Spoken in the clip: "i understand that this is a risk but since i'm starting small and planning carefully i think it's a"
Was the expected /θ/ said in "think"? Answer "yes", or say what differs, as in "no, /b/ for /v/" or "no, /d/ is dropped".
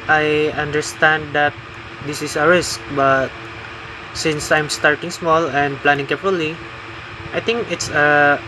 no, /t/ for /θ/